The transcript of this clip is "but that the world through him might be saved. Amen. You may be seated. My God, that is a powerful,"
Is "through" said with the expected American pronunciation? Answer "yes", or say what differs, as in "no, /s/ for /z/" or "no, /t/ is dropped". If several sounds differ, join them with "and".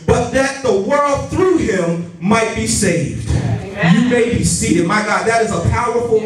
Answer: yes